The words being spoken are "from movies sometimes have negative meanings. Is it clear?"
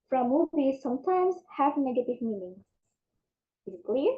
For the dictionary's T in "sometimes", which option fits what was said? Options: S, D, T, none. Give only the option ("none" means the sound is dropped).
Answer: T